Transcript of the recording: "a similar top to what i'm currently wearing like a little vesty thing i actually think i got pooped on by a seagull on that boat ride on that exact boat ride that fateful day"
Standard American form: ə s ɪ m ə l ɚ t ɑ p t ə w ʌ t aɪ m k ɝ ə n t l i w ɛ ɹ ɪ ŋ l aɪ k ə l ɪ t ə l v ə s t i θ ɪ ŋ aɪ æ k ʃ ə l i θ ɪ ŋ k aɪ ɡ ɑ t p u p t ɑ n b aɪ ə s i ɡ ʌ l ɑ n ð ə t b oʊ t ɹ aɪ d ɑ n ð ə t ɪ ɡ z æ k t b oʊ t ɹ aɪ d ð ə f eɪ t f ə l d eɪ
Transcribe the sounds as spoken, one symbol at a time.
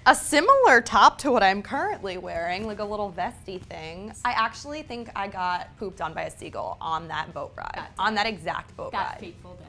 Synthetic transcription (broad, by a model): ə s ɪ m l ɚ t ɑ p t ə w ʌ t aɪ m k ɝ ə n t l i w ɛ ɹ ɪ ŋ l aɪ k ə l ɪ t l v ə s t i θ ɪ ŋ aɪ æ k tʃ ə l i θ ɪ ŋ k aɪ ɡ ɑ t p u p t n b aɪ ə s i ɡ l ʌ n ð ə t b oʊ t ɹ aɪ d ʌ n ð ə t ɪ ɡ z æ k t b oʊ t ɹ aɪ d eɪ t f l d